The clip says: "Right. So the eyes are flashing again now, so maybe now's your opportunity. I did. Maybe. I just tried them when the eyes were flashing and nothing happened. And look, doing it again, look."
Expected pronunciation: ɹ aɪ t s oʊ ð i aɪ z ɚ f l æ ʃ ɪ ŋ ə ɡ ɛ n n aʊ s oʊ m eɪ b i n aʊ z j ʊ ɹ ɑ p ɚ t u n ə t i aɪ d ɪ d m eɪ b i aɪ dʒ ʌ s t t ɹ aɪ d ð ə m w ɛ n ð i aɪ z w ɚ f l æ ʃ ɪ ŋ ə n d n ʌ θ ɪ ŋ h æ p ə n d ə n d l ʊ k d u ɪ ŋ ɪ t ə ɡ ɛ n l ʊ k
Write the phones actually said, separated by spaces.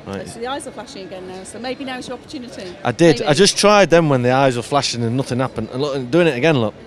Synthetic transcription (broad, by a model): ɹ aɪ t ð i aɪ z ɚ f l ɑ ʃ ɪ ŋ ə ɡ ɛ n n aʊ s oʊ m eɪ b i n aʊ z j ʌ ɹ ɑ p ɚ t u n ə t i aɪ d ɪ d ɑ i dʒ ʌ s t t ɹ aɪ d ð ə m w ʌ n ð i aɪ z w ɚ f l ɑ ʃ ɪ ŋ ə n n ʌ θ ɪ ŋ h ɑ p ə n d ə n l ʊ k d u ɪ ŋ ɪ t ə ɡ ɛ n l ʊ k